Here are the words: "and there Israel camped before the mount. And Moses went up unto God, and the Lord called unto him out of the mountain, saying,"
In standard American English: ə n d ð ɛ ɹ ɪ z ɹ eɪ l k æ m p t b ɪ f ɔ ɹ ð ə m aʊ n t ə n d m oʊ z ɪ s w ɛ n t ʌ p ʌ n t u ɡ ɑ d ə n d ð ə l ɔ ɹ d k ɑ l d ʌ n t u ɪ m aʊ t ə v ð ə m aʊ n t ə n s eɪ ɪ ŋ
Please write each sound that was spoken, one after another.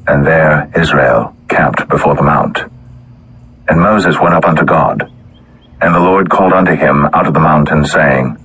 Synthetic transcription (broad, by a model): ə n ð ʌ ɹ ɪ z ɹ eɪ l k æ m p t b ɪ f ɔ ɹ ð ə m aʊ n t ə n m oʊ z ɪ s w ɛ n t ʌ p ʌ n t u ɡ ɑ d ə n ð ə l ɔ ɹ d k ɑ l d ʌ n t u ɪ m aʊ t ə v ð ə m aʊ n t ə n s eɪ ɪ ŋ